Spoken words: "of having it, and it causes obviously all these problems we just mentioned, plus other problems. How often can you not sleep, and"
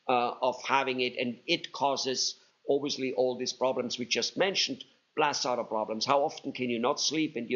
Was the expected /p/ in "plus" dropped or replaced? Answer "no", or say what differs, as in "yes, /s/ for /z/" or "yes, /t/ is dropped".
yes, /b/ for /p/